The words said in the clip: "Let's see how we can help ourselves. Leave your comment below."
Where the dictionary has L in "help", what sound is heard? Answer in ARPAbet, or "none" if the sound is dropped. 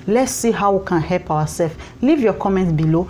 L